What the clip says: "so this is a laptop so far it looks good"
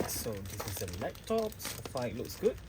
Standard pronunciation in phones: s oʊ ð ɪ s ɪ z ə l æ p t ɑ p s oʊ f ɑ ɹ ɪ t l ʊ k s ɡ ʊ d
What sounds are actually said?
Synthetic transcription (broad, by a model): s oʊ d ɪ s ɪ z ə l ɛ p t ɑ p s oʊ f ɑ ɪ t l ʊ k s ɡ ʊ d